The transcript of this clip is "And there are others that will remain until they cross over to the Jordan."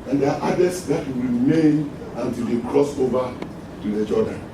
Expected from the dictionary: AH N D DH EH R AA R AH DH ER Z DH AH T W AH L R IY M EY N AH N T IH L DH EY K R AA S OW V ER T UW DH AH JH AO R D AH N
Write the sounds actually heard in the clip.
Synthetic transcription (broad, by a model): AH N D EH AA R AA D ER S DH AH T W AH R IY M EY N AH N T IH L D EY K R AA S OW V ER T UW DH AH JH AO D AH N